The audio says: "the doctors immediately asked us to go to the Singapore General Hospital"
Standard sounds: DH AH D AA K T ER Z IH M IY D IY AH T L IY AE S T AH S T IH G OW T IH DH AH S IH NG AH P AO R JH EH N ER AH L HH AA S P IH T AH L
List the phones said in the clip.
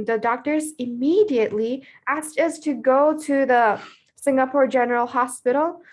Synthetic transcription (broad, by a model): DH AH D AA K T ER Z IH M IY D IY AH T L IY AE S T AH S T IH G OW T IH DH AH S IH NG AH P AO R JH EH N ER L HH AA S P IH T L